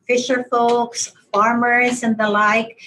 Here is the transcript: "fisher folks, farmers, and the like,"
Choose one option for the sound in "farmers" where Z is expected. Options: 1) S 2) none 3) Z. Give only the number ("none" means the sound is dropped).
3